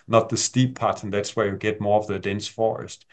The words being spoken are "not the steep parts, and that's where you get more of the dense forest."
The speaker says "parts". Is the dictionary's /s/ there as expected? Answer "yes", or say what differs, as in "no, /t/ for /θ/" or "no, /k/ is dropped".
no, /s/ is dropped